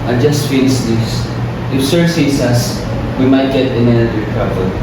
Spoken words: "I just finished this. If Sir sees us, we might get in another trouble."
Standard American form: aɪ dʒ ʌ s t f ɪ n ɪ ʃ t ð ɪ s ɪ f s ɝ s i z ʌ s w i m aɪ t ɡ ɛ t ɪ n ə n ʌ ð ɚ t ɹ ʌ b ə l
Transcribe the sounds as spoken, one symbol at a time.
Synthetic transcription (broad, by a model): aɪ dʒ ʌ s t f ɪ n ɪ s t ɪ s ɪ f s ɝ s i s ʌ s w i m aɪ t ɡ ɛ t ɪ n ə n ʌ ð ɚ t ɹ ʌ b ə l